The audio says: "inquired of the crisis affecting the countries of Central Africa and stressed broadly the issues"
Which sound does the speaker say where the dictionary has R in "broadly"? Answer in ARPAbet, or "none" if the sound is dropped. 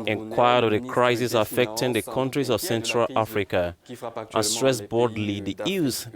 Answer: none